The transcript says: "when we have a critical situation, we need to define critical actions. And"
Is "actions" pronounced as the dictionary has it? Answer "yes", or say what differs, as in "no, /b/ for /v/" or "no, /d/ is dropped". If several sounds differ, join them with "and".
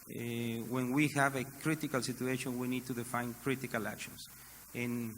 no, /s/ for /z/